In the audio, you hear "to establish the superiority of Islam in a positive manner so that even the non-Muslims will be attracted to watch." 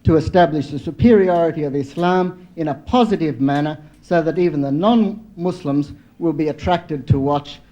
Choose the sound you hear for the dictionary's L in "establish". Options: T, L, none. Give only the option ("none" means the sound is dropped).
L